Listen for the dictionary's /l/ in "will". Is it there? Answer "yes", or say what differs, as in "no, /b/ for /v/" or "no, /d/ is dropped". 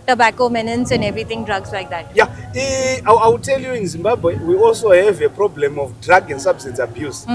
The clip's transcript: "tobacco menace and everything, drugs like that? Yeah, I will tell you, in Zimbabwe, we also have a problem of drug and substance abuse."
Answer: no, /w/ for /l/